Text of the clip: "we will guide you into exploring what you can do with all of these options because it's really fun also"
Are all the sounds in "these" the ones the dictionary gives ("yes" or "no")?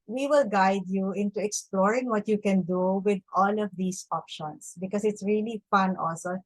no